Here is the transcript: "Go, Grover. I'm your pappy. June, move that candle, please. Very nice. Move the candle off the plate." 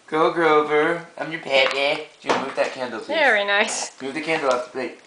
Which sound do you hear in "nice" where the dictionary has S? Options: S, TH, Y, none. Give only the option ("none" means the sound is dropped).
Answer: S